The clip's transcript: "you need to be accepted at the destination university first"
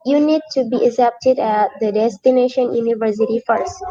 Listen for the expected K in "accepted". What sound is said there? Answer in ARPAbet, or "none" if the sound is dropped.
none